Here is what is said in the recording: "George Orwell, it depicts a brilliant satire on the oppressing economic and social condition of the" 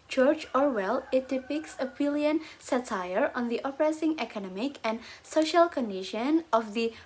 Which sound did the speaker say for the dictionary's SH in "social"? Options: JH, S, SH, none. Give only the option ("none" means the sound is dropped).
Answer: SH